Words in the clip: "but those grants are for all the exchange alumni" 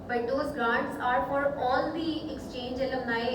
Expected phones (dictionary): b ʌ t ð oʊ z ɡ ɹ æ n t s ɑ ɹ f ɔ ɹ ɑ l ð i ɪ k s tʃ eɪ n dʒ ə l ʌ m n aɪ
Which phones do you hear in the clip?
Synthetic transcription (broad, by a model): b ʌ t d oʊ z ɡ ɹ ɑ n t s ɑ ɹ f ɔ ɹ ɑ l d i ɪ k s tʃ eɪ n dʒ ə l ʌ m n aɪ